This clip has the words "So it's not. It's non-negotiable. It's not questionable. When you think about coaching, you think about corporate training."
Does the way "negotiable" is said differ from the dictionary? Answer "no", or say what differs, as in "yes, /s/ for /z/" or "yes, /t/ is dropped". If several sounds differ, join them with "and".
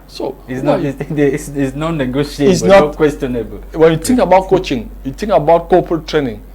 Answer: yes, /b/ is dropped